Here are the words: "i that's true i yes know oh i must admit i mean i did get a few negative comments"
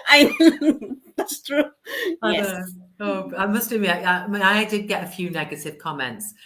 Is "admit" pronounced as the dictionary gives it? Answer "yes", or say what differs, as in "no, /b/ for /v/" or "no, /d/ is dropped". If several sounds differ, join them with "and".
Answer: no, /t/ is dropped